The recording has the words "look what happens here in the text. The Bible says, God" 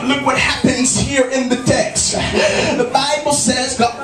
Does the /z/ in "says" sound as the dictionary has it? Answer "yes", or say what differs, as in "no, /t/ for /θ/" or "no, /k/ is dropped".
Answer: yes